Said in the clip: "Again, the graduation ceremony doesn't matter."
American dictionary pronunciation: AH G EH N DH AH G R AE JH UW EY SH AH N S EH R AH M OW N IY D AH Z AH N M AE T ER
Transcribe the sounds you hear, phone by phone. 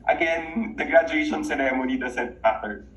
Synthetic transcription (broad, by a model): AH G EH N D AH G R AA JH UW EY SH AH N S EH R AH M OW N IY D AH S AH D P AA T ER